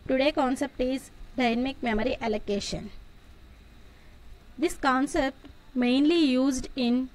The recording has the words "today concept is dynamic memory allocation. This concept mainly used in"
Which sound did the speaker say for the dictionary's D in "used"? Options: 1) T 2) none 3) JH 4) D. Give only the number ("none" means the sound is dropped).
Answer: 4